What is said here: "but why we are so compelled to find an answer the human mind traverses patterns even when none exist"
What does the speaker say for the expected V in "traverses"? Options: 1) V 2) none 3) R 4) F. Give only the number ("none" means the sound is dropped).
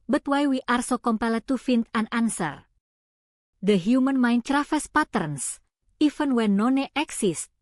4